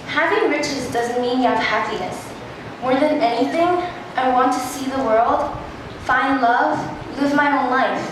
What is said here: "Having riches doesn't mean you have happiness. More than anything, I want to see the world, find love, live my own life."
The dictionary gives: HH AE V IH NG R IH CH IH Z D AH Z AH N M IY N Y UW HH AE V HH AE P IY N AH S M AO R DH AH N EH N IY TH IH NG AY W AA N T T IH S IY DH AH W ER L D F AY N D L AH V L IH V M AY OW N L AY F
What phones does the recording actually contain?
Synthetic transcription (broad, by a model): HH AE V IH NG R IH CH IH Z D AH Z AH N M IY N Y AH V HH AE P IY N AH S M AO R DH AH N EH N IY TH IH NG AY W AA N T T IH S IY DH AH W ER L D F AY N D L AH V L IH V M AY OW N L AY F